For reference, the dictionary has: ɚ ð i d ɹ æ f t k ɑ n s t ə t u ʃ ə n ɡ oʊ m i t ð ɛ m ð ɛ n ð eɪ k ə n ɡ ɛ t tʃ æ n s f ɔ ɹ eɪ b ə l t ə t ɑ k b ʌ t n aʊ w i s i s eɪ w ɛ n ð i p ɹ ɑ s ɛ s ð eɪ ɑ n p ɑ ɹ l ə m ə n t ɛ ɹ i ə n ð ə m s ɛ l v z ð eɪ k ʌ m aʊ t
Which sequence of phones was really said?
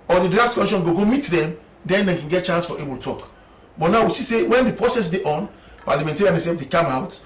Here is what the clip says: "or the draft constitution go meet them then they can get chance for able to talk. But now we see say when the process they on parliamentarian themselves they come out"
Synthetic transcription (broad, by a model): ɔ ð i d ɹ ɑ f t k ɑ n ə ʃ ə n ɡ oʊ m i t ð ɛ m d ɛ n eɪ k ə n ɡ ɛ t tʃ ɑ n s f ɔ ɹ eɪ b ə l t t ɑ k b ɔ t n aʊ w i s i s eɪ w ɛ n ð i p ɹ ɑ s ɛ s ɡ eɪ ɑ n p ɑ l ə m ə n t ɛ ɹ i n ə s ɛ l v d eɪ k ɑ m aʊ t